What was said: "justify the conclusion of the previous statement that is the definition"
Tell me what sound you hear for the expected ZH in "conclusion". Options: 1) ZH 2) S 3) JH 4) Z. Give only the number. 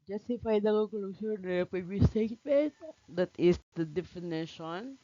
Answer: 2